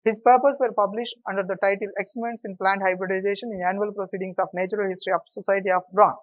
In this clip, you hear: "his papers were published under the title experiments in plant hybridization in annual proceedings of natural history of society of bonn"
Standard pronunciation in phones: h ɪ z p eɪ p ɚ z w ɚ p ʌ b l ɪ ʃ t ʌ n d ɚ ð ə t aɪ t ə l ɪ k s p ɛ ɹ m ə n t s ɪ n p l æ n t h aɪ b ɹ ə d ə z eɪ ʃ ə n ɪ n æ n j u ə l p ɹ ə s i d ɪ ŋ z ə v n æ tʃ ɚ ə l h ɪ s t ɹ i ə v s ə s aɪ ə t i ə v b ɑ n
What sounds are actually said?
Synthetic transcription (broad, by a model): h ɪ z p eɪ p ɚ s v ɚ p ʌ b l ɪ ʃ t ʌ n d ɚ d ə t aɪ t ə l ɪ k s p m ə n t s ɪ n p l æ n t h aɪ b ɹ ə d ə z eɪ ʃ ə n ɪ n æ n j u ə l p ɹ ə s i d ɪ ŋ s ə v n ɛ tʃ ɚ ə l h ɪ s t ɹ i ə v s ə s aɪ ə t i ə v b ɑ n